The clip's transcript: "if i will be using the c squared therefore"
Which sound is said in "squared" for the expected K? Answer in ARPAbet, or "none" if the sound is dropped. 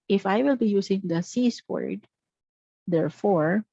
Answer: none